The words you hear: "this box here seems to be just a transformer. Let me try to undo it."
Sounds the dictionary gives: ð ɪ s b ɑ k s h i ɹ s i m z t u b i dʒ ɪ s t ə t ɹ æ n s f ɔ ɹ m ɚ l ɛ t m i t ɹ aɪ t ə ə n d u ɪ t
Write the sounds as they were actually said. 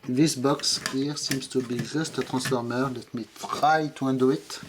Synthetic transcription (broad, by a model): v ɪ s b ɑ k s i ɹ s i m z t u b i ʒ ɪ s t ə t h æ s f ɔ ɹ m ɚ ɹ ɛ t m i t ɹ aɪ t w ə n d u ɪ t